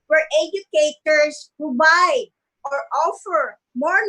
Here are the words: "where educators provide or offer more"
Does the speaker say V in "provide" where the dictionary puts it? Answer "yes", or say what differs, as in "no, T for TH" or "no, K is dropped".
no, B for V